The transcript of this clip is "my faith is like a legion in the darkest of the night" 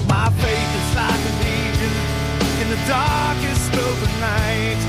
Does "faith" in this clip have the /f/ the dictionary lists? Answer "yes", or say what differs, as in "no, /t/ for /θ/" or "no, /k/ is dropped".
no, /p/ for /f/